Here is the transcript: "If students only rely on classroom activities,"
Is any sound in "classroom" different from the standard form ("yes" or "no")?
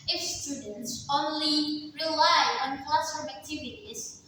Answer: yes